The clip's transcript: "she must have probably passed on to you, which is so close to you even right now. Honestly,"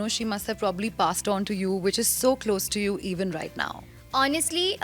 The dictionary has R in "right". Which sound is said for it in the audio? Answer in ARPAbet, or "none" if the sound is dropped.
R